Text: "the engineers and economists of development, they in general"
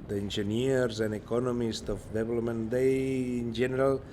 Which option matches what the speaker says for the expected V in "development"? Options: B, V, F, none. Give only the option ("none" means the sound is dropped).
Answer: B